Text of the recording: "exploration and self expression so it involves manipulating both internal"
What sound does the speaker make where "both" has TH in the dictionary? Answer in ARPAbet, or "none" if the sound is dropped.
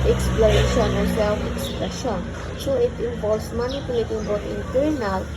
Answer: T